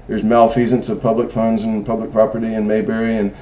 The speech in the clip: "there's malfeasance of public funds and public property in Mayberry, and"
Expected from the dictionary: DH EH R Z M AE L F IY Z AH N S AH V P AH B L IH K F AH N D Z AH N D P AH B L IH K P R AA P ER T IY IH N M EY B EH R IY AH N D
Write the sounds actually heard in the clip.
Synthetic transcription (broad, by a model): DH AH R Z M AE L F IY Z AH N S AH V P AH B L IH K F AH N D Z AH N P AH B L IH K P R AA P ER T IY IH N M EY B EH R IY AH N